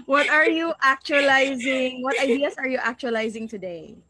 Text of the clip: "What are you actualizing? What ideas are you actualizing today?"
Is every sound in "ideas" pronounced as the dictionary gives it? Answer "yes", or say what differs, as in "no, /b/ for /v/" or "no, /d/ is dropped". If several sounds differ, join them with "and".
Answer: no, /s/ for /z/